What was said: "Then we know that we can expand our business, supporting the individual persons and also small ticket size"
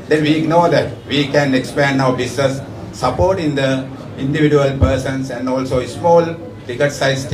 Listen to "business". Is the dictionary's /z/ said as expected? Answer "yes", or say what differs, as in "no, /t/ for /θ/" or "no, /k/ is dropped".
no, /s/ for /z/